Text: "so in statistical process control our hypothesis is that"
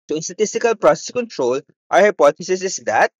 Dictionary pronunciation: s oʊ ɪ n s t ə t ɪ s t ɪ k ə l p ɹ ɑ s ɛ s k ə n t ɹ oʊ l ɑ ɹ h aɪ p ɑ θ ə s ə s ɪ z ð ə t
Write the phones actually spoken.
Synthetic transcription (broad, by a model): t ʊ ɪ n s t ə t ɪ s t ɪ k ə l p ɹ ɑ s ɛ s k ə n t ɹ oʊ l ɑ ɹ h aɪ p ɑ t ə s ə s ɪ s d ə t